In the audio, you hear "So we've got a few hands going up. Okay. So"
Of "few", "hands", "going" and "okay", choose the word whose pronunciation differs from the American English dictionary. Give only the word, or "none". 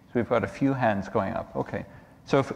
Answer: none